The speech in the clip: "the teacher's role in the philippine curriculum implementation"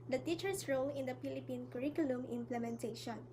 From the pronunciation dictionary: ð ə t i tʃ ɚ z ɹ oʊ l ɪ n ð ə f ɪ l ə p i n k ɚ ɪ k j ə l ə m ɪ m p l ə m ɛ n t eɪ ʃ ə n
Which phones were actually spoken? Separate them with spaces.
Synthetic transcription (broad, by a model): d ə t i tʃ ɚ s ɹ oʊ l ɪ n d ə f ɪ l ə p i n k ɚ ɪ k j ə l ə m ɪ m p l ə m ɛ n t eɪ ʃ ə n